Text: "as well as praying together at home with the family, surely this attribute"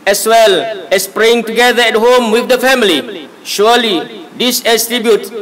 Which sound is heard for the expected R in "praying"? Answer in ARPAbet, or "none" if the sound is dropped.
R